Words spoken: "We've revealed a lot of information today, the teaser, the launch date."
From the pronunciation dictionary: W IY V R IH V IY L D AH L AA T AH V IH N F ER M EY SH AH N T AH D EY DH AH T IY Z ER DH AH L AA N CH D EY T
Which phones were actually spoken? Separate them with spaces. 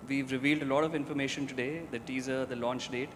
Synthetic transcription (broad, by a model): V IY V R IH V IY L D AH L AA T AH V IH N F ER M EY SH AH N T AH D EY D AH T IY Z ER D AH L AA N CH D EY T